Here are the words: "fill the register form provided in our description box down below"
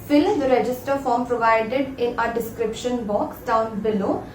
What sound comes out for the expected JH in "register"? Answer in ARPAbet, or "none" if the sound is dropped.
JH